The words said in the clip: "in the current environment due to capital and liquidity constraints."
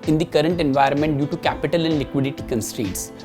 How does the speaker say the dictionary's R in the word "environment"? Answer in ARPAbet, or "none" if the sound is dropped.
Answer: R